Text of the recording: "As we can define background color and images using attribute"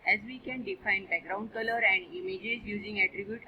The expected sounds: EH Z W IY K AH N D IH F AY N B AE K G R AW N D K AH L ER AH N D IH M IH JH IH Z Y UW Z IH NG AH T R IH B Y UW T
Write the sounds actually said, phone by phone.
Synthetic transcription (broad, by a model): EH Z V IY K AH N D IH F AY N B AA G R AW N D K AH L ER AH N D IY M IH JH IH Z Y UW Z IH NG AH T R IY B Y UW T